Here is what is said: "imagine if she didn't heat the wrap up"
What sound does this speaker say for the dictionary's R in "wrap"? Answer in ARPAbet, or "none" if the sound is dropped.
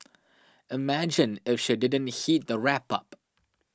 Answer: R